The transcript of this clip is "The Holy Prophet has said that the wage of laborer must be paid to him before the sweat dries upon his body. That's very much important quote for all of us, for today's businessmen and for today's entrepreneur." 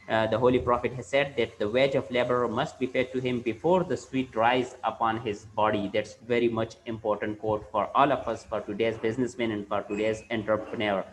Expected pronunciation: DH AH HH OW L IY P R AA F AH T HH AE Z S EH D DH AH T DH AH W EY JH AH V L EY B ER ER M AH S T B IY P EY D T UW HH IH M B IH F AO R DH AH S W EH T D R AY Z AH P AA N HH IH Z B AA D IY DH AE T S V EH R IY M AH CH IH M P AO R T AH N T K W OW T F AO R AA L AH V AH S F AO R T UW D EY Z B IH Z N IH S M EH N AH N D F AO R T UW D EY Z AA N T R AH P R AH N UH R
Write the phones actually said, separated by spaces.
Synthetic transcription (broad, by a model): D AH HH OW L IY P R AA F AH T HH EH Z S EH D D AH T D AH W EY JH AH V L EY B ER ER M AH S T B IY F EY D T UW HH IH M B IH F AO R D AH S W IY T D R AY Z AH P AA N HH IH Z B AA D IY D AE T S V EH R IY M AH CH IH M P AO R T AH N T K OW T F AO R AA L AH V AH S F AO R T UW D EY Z B IH Z N IH S M EH N AH N D F AO R T UW D EY Z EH N T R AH P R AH N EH R